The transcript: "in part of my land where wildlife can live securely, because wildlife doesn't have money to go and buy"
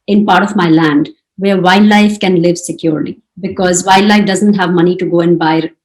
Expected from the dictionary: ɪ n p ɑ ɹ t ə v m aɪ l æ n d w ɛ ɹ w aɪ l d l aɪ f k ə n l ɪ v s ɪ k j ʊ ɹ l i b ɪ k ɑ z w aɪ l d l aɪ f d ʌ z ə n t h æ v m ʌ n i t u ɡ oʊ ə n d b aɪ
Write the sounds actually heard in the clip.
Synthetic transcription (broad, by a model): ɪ n p ɑ ɹ t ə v m aɪ l æ n d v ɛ ɹ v aɪ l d l aɪ f k ə n l ɪ v s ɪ k j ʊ ɹ l i b ɪ k ɑ z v aɪ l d l aɪ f d ʌ z ə n t h æ v m ʌ n i t u ɡ oʊ ə n d b aɪ